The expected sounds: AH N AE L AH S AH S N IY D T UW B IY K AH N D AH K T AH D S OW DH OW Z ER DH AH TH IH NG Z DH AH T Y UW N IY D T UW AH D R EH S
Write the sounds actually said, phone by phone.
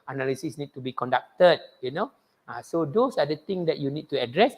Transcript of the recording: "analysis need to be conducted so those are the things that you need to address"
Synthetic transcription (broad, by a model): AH N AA L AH S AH S N IY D T UW B IY K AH N D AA K T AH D S OW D OW S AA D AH T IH NG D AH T Y UW N IY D T UW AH D R EH S